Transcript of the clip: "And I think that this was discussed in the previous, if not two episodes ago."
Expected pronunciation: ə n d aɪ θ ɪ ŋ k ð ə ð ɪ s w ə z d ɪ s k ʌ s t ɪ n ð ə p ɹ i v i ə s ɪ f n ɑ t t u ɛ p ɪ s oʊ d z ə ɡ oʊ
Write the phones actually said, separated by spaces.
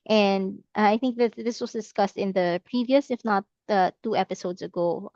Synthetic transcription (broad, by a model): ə n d aɪ θ ɪ ŋ k ð ə ð ɪ s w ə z d ɪ s k ʌ s t ɪ n ð ə p ɹ i v i ə s ɪ f n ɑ t t u ɛ p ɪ s oʊ d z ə ɡ oʊ